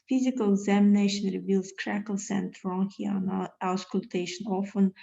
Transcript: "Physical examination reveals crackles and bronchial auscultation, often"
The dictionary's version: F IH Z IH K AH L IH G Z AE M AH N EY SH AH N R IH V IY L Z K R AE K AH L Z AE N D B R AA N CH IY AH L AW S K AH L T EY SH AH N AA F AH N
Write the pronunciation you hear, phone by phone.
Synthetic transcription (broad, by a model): F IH Z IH K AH L IH G Z AE M AH N EY SH AH N R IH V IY L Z K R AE K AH L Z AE N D R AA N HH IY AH N AW S K AH L T EY SH AH N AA F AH N